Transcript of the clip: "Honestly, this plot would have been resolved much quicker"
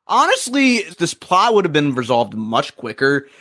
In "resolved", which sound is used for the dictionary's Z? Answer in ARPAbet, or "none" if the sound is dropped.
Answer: Z